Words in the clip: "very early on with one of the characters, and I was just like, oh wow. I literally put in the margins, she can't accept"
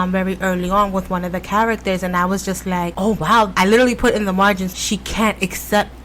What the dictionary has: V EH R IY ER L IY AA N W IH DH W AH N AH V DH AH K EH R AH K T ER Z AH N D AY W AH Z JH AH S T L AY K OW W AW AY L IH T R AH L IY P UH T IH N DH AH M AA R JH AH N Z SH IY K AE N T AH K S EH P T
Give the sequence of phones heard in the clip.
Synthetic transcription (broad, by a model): V EH R IY ER L IY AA N W IH DH W AH N AH V DH AH K EH R AH K T ER Z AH N AY W AH Z JH AH S T L AY K OW W AW AY L IH T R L IY P UH T IH N DH AH M AA R JH AH N Z SH IY K AE N T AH K S EH P T